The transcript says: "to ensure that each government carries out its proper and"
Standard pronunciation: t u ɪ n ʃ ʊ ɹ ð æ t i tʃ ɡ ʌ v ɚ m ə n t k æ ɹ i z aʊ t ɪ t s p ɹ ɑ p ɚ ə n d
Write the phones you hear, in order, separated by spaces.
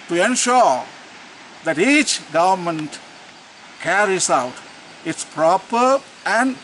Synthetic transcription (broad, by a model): t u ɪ n ʃ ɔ ɹ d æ t i tʃ ɡ ʌ v ɚ m ə n t k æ ɹ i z aʊ t ɪ t s p ɹ ɑ p ɚ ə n d